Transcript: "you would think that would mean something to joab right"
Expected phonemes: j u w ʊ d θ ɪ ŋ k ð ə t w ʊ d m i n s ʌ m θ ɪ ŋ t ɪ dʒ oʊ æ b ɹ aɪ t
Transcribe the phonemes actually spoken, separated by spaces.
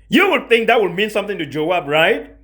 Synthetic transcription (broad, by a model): j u w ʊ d θ ɪ ŋ k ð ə t w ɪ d m i n s ʌ m θ ɪ ŋ t ɪ dʒ oʊ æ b ɹ aɪ t